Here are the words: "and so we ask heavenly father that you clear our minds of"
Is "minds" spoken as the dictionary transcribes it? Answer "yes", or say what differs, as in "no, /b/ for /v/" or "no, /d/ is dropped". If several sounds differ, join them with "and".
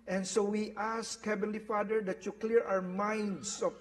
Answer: no, /s/ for /z/